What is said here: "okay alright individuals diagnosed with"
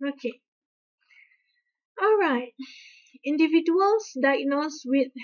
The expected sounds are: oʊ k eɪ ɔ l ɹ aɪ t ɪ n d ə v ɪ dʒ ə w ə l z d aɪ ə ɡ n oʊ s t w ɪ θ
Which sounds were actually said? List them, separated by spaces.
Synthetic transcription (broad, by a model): oʊ k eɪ ɔ l ɹ aɪ t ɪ n d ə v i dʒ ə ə l s d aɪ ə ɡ n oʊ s w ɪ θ